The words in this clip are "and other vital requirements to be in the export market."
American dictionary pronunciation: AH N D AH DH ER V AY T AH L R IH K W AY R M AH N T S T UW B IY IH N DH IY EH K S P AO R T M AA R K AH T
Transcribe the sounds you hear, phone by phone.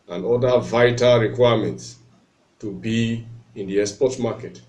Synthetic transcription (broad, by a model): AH N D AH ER V AY T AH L R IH K W AY M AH N T S T UW B IY IH N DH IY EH S P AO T M AA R K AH T